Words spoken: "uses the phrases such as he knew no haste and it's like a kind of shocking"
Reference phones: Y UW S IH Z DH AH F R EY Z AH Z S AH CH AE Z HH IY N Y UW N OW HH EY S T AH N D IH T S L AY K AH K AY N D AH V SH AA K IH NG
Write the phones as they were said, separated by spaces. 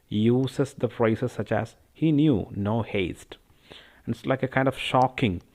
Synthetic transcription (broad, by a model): Y UW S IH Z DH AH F R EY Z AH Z S AH CH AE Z HH IY N Y UW N OW HH EY S T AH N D IH T S L AY K AH K AY N D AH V SH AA K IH NG